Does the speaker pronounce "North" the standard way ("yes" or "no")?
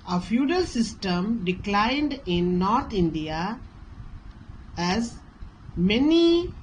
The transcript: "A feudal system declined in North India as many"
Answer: no